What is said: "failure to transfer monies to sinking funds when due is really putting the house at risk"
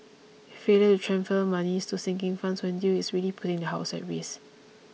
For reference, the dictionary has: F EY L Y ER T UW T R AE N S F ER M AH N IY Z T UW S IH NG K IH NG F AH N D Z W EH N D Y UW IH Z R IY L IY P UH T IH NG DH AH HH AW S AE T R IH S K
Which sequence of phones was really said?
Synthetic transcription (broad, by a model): F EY L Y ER T UW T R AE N F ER M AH N IY S T UW S IH NG K IH NG F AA N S W EH N D Y UW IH S R IY L IY P UH T IH NG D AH HH AW S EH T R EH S